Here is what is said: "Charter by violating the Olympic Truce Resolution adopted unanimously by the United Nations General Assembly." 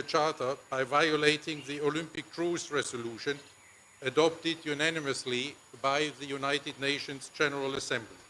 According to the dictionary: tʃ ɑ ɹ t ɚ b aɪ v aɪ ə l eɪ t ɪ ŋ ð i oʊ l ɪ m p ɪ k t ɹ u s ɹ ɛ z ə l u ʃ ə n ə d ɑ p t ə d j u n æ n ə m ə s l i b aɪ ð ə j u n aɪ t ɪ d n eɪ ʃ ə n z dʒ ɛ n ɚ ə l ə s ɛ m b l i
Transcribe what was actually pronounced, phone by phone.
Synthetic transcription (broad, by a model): tʃ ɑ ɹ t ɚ b aɪ v aɪ ə l eɪ t ɪ ŋ ð i oʊ l ɪ m p ɪ k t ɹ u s ɹ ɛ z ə l u ʃ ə n ə d ɑ p t ə d j u n æ n ə m ə s l i b aɪ ð ə j u n aɪ t ɪ d n eɪ ʃ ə n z dʒ ɛ n ɚ ə l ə s ɛ m b l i